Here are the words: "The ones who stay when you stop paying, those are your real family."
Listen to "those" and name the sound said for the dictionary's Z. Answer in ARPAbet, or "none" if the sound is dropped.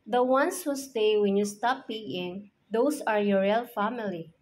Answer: S